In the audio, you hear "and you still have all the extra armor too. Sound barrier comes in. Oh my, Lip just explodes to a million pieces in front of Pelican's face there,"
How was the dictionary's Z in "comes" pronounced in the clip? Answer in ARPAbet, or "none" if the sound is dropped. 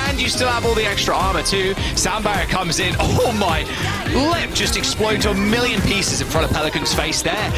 Z